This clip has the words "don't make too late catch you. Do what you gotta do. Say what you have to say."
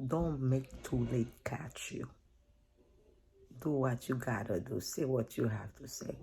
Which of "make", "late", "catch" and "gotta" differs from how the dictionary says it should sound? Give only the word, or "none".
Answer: none